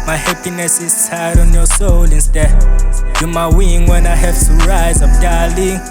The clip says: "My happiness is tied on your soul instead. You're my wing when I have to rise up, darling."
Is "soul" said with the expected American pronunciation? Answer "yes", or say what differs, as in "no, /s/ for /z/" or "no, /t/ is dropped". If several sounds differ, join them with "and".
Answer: yes